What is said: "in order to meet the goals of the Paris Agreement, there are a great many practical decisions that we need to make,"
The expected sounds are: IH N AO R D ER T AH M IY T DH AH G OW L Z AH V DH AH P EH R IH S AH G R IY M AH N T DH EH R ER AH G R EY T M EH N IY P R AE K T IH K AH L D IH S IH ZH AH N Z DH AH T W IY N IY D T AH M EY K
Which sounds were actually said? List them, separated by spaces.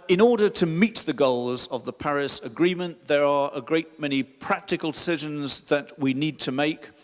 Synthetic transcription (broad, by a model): IH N AO R D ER T AH M IY T DH AH G OW L Z AH V DH AH P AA R IH S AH G R IY M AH N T DH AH R ER AH G R EY T M EH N IY P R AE K T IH K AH L D IH S IH ZH AH N Z DH AH T W IY N IY D T AH M EY K